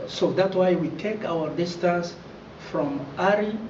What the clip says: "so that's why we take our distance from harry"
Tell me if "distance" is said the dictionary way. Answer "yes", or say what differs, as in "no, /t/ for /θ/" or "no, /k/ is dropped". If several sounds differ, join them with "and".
no, /n/ is dropped